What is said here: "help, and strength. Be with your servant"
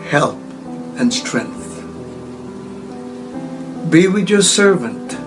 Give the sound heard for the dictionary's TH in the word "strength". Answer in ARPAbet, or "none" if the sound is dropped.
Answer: TH